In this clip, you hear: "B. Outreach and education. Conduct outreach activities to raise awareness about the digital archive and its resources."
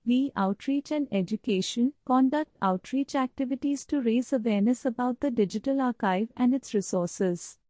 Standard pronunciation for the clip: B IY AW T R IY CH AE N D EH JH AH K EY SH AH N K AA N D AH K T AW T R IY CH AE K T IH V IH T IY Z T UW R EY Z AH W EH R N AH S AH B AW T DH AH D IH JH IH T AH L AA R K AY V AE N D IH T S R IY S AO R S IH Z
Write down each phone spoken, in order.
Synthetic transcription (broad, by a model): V IY AW T R IY CH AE N D EH JH AH K EY SH AH N K AA N D AH K T AW T R IY CH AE K T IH V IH T IY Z T UW R EY Z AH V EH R N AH S AH B AW T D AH D IH JH IH T AH L AA R K AY V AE N D IH T S R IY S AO R S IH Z